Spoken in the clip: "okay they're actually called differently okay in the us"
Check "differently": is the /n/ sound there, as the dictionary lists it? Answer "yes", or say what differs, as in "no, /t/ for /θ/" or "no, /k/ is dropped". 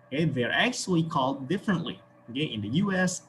yes